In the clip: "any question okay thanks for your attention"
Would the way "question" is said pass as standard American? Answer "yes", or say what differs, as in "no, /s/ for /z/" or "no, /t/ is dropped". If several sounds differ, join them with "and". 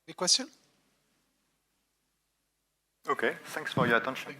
no, /n/ is dropped